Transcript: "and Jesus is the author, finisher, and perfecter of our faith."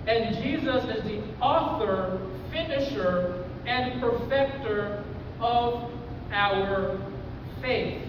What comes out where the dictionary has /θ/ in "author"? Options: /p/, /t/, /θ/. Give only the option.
/θ/